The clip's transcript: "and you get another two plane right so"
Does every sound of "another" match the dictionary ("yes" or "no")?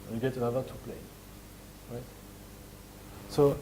no